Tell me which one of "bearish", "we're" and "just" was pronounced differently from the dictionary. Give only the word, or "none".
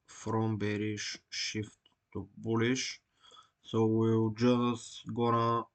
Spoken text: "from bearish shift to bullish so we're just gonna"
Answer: we're